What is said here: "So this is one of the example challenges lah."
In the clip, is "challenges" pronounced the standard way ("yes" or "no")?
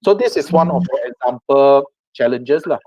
no